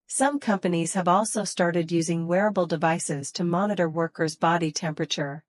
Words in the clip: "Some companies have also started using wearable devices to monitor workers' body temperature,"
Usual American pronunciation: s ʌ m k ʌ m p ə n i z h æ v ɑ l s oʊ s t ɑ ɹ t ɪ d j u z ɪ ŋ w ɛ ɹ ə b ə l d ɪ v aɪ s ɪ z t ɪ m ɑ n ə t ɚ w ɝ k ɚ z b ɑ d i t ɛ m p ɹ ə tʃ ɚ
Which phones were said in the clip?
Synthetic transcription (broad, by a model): s ʌ m k ʌ m p ə n i z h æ v ɑ l s oʊ s t ɑ ɹ t ɪ d j u z ɪ ŋ w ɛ ɹ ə b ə l d ɪ v aɪ s ɪ z t ɪ m ɑ n ə t ɚ w ɝ k ɚ z b ɑ d i t ɛ m p ɹ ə tʃ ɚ